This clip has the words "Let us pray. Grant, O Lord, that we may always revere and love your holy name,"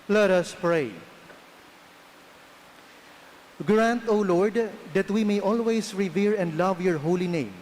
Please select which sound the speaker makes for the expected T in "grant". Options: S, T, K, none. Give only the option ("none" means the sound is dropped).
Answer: T